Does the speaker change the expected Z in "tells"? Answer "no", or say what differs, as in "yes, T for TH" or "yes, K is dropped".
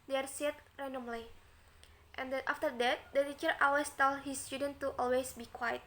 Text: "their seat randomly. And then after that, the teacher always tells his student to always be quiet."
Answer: yes, Z is dropped